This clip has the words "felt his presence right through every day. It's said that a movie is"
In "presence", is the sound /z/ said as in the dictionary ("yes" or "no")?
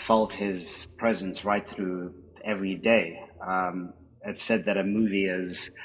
yes